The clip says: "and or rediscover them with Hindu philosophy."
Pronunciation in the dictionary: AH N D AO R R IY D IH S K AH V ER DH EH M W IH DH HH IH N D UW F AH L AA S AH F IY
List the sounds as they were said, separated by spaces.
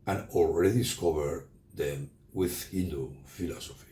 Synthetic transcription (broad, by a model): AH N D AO L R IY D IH S K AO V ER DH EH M W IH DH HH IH N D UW F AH L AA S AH F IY